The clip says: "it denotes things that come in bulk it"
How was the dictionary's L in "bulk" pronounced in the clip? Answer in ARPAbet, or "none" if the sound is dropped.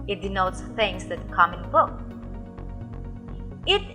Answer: none